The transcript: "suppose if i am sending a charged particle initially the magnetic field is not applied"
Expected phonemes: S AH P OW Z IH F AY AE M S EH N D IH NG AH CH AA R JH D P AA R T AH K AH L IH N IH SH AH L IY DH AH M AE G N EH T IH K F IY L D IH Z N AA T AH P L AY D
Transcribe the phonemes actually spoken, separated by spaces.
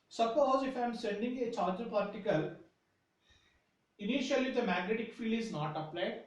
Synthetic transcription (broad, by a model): S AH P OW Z IH F AY M S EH N D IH NG AH CH AA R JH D P AA R T AH K AH L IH N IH SH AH L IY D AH M AE G N EH T IH K F IY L IH Z N AA T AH P L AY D